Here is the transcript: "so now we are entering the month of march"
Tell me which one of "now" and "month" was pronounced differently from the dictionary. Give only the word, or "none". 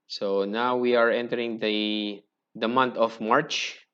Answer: month